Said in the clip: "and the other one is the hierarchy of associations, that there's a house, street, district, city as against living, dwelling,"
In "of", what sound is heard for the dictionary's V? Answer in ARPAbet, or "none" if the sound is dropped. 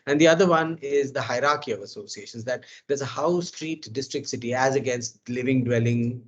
V